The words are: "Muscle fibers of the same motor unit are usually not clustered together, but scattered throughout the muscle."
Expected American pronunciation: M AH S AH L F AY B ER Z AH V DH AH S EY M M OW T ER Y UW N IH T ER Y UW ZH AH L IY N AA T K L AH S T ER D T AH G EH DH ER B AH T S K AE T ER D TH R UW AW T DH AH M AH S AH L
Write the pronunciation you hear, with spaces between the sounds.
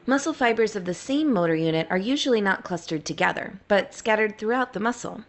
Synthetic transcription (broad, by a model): M AH S L F AY B ER Z AH V DH AH S EY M M OW T ER Y UW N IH T ER Y UW ZH L IY N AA T K L AH S T ER D T AH G EH DH ER B AH T S K AE T ER D TH R UW AW T DH AH M AH S L